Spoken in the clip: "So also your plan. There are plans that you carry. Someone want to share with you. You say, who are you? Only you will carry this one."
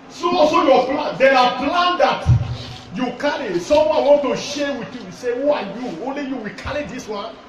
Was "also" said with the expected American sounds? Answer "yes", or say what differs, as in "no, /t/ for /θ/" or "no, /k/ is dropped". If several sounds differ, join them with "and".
no, /l/ is dropped